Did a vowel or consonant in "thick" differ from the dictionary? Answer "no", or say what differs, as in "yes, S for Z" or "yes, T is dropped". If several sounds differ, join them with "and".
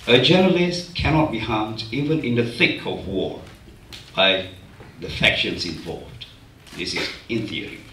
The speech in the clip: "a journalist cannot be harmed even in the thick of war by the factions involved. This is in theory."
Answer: no